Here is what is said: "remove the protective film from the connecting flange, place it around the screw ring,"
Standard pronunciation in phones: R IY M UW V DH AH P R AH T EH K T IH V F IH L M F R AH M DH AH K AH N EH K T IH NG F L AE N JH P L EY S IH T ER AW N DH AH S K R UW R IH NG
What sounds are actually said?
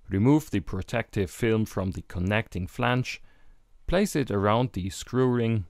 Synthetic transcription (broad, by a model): R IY M UW V DH AH P R AH T EH K T IH V F IH L M F R AH M DH AH K AH N EH K T IH NG F L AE N CH P L EY S IH T ER AW N DH AH S K R UW R IH NG